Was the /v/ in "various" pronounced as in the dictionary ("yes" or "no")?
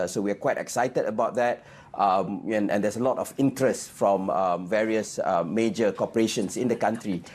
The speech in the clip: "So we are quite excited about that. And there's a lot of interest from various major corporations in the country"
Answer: yes